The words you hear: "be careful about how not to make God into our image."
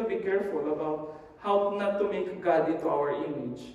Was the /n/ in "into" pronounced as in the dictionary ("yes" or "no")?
no